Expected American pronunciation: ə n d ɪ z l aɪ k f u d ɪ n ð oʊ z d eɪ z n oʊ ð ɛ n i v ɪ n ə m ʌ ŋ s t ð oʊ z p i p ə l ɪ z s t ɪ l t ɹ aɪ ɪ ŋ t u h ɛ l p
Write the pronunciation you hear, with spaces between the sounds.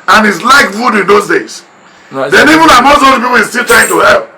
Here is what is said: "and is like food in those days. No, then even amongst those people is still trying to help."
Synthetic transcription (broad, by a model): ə n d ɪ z l aɪ k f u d ɪ n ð oʊ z d eɪ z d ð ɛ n i v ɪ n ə m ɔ s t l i p i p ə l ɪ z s t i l t ɹ aɪ ɪ ŋ t u h ɛ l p